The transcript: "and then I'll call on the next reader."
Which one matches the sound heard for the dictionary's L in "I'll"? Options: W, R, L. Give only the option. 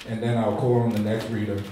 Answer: L